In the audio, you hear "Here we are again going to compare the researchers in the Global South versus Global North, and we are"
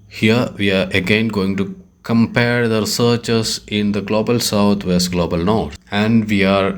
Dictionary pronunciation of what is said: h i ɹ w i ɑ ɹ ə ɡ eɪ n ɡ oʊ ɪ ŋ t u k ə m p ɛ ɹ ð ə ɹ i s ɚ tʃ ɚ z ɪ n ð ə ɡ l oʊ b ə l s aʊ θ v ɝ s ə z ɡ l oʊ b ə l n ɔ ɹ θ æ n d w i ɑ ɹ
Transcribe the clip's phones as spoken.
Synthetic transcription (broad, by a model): h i ɹ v i ɑ ɹ ə ɡ eɪ n ɡ oʊ ɪ ŋ t u k ə m p ɛ ɹ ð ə ɹ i s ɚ tʃ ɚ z ɪ n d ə ɡ l oʊ b ə l s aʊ t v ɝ s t ɡ l oʊ b ə l n ɔ ɹ t æ n d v i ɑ ɹ